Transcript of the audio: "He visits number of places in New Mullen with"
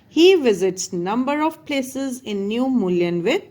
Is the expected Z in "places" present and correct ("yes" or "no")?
yes